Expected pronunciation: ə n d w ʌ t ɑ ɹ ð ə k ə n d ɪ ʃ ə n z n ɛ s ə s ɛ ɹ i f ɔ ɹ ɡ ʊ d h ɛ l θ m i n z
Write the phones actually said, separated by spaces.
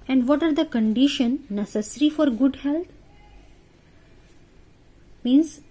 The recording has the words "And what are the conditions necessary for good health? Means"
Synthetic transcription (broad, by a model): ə n d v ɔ t ɑ ɹ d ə k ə n d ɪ ʃ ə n n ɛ s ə s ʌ ɹ i f ɔ ɹ ɡ ʊ d h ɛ l t m i n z